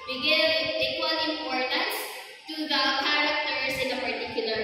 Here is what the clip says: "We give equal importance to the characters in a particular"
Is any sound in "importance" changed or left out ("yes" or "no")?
no